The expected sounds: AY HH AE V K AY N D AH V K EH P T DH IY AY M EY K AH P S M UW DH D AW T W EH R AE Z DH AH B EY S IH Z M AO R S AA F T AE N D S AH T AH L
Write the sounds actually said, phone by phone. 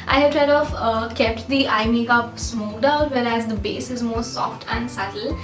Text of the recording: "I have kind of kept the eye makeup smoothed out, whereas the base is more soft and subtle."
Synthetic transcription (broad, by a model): AY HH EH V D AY D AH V K EH P T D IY AY M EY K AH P S M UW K D AW T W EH R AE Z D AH B EY S IH Z M AO R S AA F T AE N D S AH T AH L